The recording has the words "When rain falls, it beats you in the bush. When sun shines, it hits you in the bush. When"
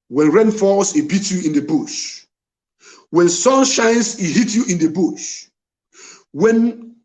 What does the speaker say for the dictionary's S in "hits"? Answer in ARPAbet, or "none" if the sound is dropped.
none